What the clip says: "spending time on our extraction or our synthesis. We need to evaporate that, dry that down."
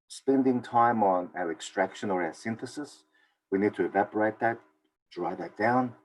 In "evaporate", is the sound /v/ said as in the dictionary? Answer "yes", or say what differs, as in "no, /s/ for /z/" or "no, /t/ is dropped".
yes